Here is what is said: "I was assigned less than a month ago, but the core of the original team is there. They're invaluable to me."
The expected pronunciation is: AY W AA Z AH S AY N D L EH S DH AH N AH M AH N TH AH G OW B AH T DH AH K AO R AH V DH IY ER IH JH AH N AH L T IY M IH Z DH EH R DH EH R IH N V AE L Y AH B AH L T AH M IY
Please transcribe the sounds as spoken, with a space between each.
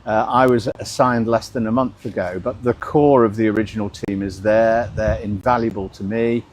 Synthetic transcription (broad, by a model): AY W AA Z AH S AY N D L EH S DH AH N AH M AH N TH AH G OW B AH T DH AH K AO R AH V DH IY ER IH JH AH N AH L T IY M IH Z DH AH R DH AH R IH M V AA L Y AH B AH L T AH M IY